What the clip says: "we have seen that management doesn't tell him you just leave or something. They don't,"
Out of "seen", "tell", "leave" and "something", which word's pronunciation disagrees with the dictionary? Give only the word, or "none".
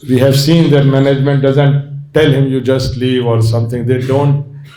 something